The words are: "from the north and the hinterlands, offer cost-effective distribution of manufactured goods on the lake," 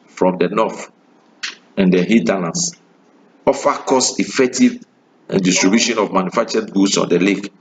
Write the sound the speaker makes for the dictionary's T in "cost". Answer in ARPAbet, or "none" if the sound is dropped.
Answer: none